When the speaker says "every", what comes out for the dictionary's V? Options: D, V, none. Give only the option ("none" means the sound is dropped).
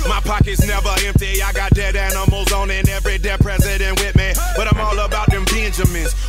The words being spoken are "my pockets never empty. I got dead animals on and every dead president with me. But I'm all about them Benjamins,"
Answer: V